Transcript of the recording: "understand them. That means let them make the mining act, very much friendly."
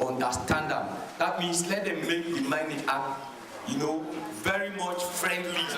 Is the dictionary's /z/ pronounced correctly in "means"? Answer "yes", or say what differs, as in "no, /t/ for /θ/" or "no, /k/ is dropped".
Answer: no, /s/ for /z/